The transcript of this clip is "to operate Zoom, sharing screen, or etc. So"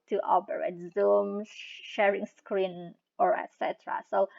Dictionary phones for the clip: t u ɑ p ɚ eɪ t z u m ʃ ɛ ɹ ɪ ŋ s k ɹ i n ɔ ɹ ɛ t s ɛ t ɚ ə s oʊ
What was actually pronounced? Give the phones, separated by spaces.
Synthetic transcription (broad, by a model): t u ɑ b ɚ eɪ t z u m ʃ ɛ ɹ ɪ ŋ s k ɹ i n ɔ ɹ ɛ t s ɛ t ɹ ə s oʊ